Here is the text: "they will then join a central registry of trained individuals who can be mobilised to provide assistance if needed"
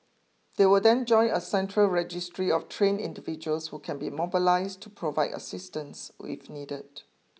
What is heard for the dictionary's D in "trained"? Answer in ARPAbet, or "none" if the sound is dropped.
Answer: none